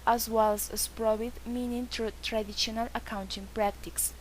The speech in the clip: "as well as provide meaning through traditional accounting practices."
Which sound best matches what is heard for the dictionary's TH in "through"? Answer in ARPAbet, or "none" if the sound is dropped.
T